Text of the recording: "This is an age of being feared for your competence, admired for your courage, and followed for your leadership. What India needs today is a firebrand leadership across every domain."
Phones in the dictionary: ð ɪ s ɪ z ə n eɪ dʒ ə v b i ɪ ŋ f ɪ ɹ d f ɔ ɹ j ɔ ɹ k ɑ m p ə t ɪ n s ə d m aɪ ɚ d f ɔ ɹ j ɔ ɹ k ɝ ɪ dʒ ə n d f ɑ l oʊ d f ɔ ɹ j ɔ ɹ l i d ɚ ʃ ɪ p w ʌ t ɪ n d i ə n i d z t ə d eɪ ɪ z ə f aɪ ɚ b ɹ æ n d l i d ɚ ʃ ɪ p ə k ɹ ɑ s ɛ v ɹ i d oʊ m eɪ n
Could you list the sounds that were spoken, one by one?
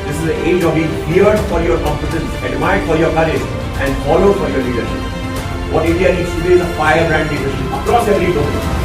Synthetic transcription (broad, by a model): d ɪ s ɪ z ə eɪ dʒ ə v b i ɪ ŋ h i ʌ d f ɔ ɹ j ɔ ɹ k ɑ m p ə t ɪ n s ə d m aɪ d f ɔ ɹ j ɔ ɹ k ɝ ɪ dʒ ə n d f ɑ l oʊ d f ɔ ɹ j ɔ ɹ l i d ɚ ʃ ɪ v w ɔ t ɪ d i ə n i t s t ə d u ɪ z ə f aɪ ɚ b ɹ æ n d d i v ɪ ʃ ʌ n ə k ɹ ɑ s ɛ v ɹ i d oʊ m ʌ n